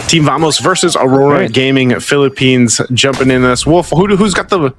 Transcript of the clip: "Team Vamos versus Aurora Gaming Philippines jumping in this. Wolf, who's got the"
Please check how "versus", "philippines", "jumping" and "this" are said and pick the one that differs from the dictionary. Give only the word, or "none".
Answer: none